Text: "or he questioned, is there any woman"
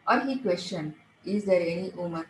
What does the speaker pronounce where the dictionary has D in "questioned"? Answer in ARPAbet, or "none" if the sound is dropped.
none